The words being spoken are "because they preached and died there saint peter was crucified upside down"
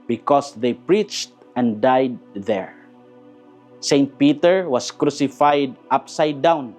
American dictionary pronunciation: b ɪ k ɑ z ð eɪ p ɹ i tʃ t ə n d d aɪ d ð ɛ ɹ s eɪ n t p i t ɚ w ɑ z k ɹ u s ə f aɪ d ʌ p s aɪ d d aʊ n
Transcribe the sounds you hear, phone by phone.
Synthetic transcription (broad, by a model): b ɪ k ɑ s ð eɪ p ɹ i tʃ t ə n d d aɪ d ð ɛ ɹ s eɪ n t p i t ɚ w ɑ s k ɹ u s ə f aɪ d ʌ p s aɪ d d aʊ n